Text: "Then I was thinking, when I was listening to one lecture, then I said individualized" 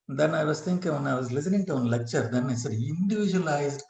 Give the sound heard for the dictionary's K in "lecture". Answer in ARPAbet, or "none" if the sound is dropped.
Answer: K